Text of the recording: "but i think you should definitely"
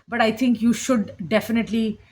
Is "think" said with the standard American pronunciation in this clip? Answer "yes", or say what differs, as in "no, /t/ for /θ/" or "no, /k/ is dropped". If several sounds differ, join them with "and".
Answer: no, /t/ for /θ/